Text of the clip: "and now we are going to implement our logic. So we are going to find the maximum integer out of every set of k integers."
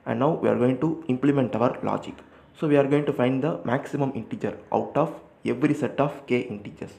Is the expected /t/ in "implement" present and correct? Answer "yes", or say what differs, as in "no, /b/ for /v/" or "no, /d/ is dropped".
yes